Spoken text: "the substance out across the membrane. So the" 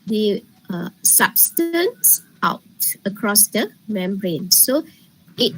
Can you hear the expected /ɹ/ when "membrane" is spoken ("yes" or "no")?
yes